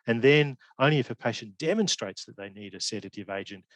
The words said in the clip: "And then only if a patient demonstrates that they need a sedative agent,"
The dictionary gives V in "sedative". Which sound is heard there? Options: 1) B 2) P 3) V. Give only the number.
3